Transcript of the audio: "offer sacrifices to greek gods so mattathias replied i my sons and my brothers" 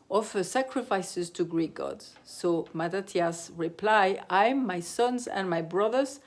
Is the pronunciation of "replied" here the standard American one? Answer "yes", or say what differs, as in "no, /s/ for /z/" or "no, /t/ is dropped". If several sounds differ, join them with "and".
no, /d/ is dropped